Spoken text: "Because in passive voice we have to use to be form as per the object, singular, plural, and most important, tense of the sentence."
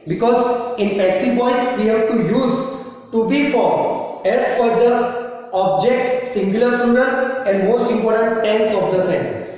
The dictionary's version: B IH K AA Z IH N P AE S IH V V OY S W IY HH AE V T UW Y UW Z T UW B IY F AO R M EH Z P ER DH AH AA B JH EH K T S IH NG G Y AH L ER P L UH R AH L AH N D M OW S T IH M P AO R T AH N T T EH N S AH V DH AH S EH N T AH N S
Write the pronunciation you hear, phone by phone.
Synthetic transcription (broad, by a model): B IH K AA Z IH N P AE S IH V V OY S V IY HH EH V T UW Y UW Z T UW B IY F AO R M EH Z F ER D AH AA B JH EH K T S IH NG G Y AH L ER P UH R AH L AH N D M OW S T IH M P AO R T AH N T T EH N S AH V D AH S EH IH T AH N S